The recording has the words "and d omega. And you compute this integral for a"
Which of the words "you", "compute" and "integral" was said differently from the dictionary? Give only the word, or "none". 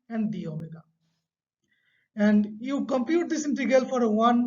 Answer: integral